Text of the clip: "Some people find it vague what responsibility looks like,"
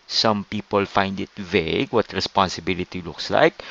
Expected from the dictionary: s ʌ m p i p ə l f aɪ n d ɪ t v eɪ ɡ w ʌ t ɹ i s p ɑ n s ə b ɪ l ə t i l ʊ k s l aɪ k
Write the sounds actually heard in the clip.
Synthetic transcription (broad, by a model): s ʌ m p i p ə l f aɪ n d ɪ t v eɪ ɡ w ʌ t ɹ i s p ɑ n s ə b ɪ l ə t i l ʊ k s l aɪ k